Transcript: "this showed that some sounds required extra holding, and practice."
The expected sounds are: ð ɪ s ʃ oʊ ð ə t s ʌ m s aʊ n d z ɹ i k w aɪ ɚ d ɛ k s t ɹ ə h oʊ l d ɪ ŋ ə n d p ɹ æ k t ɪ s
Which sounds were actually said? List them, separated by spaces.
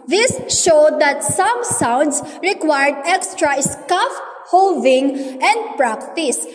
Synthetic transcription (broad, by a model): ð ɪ s ʃ oʊ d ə t s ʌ m s aʊ n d s ɹ i k w aɪ ɚ d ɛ k s t ɹ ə h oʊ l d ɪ ŋ ə n d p ɹ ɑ k t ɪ s